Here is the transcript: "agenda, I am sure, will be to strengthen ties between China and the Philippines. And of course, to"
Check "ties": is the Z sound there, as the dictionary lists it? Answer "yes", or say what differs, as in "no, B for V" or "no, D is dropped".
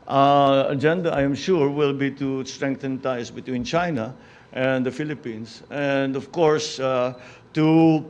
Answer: no, S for Z